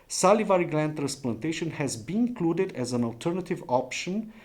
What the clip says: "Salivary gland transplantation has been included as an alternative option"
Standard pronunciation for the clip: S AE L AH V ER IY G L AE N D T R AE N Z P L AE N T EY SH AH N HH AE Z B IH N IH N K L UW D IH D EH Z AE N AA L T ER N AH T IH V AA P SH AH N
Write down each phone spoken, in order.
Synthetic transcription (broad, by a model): S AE L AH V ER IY G L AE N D T R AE N S P L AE N T EY SH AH N HH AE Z B IH N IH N K L UW D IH D EH Z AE N AA L T ER N AH T IH V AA P SH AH N